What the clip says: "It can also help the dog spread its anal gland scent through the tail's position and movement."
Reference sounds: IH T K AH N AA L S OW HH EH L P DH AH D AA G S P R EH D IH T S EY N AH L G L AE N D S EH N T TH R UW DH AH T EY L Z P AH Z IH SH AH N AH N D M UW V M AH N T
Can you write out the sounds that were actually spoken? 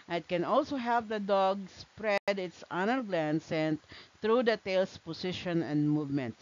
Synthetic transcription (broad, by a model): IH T K AH N AA L S OW HH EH L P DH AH D AA G S P R EH D IH T S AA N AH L G L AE N S EH N T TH R UW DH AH T EY L S P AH S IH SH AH N AH N D M UW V M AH N T